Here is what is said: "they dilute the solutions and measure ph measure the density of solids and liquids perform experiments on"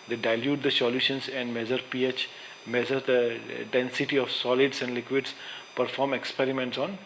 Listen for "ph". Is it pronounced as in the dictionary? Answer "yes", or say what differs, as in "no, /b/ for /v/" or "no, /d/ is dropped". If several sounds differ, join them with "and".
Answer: yes